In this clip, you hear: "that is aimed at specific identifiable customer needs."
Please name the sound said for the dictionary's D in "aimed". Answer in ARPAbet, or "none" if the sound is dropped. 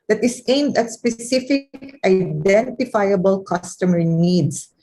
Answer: D